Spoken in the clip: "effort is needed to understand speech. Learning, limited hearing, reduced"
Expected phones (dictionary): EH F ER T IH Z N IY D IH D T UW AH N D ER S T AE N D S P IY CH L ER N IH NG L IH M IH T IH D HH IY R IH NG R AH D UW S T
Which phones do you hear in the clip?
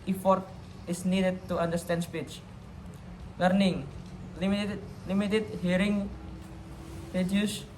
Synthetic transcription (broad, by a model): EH F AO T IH S N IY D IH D T UW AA N D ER S T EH N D S P IY CH L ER N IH NG L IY M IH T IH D HH IY R IH NG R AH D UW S